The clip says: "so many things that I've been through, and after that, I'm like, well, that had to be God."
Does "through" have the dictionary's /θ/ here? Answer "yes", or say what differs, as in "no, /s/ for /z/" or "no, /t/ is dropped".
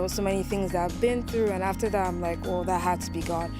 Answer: yes